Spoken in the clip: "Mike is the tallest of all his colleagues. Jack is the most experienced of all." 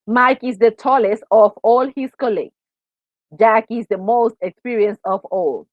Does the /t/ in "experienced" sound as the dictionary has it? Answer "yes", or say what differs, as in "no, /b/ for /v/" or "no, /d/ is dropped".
no, /t/ is dropped